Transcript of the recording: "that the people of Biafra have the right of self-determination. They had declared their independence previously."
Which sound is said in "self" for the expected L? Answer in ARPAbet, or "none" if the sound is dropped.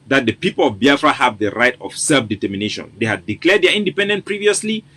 L